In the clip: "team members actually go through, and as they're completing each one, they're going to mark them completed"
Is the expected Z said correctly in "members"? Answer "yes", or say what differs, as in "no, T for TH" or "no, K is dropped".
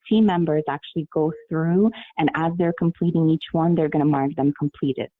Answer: yes